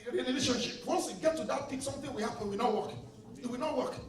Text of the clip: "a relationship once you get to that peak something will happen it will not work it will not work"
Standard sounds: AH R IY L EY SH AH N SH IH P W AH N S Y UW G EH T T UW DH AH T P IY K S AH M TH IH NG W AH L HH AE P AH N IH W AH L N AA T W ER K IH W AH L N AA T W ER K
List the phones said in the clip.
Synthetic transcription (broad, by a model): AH L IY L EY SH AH N SH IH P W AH N S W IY G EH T T UW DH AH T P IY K S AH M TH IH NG W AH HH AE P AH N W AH N AA T W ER K IH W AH N AA T W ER K